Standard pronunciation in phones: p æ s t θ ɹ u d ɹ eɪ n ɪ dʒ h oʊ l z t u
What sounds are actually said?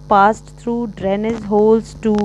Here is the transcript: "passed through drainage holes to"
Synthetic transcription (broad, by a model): p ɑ s t t ɹ u d ɹ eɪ n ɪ z h oʊ l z t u